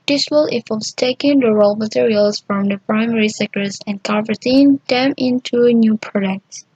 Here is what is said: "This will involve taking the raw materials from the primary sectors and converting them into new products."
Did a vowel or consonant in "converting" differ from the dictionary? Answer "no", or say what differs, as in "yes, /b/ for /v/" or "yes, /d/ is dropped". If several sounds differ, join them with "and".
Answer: yes, /n/ is dropped